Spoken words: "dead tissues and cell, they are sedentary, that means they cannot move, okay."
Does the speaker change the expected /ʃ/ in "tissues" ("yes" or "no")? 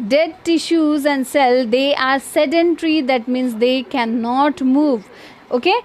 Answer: no